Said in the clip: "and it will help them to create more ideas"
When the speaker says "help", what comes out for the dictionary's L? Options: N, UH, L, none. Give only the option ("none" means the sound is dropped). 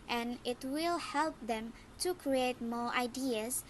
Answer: L